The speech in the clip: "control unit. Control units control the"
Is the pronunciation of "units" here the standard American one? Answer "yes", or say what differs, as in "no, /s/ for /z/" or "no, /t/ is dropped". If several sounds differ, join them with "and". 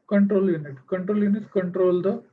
no, /s/ is dropped